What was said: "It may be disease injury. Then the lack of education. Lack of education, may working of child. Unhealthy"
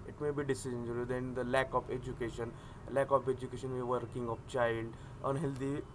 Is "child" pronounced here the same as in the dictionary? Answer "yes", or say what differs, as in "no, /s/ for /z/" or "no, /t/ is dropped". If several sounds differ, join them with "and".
yes